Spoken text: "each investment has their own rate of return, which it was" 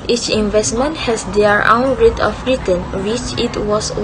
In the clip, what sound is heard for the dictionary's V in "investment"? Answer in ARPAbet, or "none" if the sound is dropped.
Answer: V